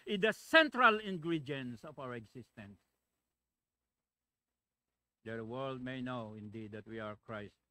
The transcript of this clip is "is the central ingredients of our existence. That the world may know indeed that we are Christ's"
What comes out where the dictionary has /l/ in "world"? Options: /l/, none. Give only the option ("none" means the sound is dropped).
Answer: /l/